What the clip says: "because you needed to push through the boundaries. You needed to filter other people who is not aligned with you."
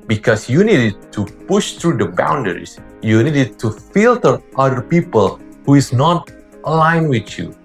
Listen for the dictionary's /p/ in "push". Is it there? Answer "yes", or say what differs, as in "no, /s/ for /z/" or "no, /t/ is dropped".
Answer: yes